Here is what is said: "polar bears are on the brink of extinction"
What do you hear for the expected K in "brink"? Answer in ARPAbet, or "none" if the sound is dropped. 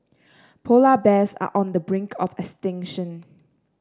K